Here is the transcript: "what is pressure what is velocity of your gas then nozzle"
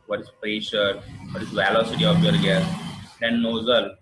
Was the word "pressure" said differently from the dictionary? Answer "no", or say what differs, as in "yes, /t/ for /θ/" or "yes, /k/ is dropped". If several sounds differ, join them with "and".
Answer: no